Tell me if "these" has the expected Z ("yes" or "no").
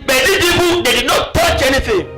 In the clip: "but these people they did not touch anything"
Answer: no